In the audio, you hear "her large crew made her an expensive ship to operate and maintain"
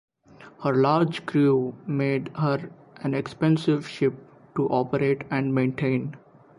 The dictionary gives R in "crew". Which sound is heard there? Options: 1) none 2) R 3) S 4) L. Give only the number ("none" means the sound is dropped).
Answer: 2